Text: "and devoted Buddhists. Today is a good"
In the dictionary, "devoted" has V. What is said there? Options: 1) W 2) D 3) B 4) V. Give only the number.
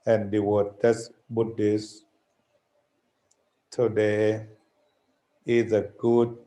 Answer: 1